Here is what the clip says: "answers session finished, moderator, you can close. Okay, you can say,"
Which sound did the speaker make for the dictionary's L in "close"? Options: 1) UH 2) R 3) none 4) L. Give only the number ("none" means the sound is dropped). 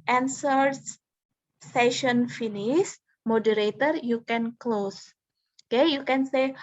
4